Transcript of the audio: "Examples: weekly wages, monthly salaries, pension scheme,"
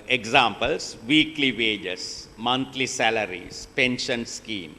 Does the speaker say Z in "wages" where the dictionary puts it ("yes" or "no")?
no